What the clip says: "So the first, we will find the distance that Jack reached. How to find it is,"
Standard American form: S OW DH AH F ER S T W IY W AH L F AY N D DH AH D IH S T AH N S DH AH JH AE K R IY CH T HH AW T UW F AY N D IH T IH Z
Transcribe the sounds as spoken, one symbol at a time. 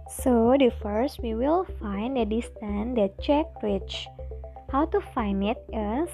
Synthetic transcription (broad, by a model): S OW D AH F ER S T W IY W AH L F AY N D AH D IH S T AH N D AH CH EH K R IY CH HH AW T UW F AY N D IH T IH